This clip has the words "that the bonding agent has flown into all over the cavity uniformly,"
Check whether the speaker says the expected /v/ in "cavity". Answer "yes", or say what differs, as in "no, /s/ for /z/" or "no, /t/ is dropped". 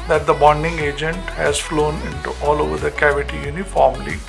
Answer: yes